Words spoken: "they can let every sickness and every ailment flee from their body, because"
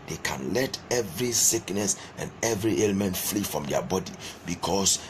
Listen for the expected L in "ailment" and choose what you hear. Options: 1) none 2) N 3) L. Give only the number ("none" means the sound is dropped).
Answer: 3